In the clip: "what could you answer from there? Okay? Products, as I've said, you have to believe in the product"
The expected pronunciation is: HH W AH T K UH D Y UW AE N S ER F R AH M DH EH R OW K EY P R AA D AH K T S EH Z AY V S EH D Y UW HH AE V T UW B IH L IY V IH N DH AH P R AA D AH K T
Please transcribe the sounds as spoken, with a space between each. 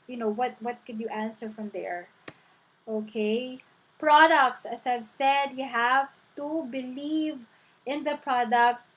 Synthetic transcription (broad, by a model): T W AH T K UH D Y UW AE N S ER F R AH M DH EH R OW K EY P R AA D AH K T S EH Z AY V S EH D Y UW HH AE V T UW B IH L IY V IH N DH AH P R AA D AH K T